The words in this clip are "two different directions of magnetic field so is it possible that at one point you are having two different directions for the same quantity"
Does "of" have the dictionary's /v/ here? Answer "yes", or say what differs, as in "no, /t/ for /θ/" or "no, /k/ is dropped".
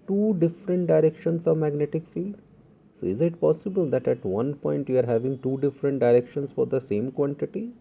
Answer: yes